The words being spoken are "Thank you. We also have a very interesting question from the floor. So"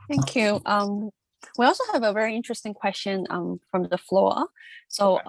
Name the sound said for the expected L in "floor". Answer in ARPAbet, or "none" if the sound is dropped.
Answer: L